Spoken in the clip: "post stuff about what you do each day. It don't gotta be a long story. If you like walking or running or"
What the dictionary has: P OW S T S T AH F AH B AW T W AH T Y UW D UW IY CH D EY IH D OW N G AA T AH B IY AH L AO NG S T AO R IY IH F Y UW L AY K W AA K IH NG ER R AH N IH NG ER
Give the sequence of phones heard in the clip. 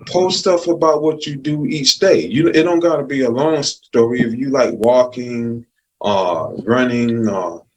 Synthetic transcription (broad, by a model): P OW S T S T AH F AH B AW T W AH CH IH D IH IY CH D EY IH D OW N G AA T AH B IY AH L AO NG S T AO R IY IH F Y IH L AY K W AA K IH NG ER R AH N IH NG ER